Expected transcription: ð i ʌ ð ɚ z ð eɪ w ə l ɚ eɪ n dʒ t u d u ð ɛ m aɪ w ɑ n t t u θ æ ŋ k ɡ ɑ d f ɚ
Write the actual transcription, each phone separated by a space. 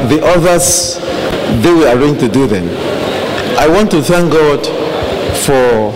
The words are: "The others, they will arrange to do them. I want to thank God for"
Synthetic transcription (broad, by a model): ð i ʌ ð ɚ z ð eɪ w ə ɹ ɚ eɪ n t u d u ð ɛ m aɪ w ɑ n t t u θ æ ŋ k ɡ ɑ d f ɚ